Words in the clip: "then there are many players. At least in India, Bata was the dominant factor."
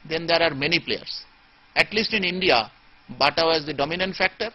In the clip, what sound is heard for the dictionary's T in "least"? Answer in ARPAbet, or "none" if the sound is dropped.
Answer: T